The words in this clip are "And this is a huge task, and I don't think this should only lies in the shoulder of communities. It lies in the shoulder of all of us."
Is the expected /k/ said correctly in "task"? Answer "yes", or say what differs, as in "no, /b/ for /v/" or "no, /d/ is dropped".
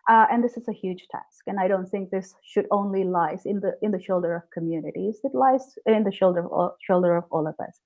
yes